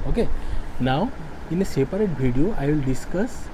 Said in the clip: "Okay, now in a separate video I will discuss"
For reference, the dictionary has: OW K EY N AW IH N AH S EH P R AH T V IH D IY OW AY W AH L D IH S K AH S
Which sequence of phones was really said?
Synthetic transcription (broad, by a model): OW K EY N AW IH N AH S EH P R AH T B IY D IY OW AY W AH L D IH S K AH S